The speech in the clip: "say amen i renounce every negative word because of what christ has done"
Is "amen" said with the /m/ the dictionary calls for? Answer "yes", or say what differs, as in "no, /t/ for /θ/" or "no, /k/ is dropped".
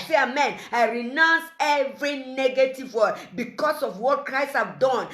yes